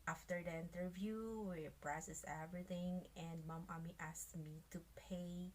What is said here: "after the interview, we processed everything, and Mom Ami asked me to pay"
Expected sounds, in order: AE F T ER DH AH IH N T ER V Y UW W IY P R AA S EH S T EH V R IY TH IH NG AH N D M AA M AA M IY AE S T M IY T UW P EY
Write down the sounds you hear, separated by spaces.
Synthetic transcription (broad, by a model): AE F T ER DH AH IH N T ER V Y UW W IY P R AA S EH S EH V R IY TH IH NG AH N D M AA M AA M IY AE S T M IY T UW P EY